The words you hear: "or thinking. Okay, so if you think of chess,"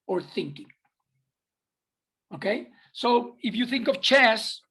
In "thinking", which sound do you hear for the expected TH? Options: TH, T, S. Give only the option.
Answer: TH